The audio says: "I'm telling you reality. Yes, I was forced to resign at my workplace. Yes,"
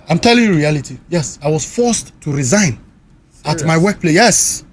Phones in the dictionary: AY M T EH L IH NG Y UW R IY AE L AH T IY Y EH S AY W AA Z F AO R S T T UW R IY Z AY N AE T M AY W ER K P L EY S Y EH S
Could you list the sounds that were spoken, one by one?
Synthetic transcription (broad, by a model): AY M T EH L IH NG Y UW R IY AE L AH T IY Y EH S AY W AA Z F AO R S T T UW R IY Z AY N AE T M AY W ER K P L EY Y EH S